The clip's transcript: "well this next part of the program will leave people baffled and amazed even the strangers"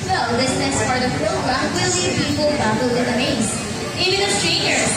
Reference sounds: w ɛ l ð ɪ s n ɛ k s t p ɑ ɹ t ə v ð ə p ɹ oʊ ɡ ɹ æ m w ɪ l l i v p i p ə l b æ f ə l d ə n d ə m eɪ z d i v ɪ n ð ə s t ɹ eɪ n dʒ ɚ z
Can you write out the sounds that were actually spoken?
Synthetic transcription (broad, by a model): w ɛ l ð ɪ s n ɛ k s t f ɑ ɹ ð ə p ɹ oʊ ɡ ɹ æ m w ɪ l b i p i p ə l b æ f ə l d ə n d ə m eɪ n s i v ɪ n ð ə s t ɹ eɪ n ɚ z